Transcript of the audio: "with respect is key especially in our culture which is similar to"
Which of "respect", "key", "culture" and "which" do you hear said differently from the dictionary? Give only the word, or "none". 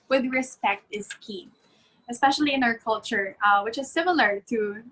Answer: none